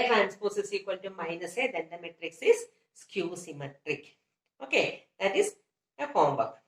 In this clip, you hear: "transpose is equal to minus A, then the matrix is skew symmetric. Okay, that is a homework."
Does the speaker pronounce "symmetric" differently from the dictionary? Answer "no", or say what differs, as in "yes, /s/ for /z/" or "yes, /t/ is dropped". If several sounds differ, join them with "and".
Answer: no